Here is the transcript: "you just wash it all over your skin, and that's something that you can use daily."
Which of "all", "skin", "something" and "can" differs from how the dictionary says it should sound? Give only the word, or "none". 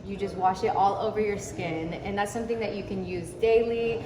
none